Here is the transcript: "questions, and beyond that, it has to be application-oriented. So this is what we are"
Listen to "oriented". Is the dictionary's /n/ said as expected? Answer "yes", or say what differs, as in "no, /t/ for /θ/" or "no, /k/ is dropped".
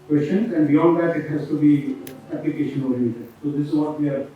no, /n/ is dropped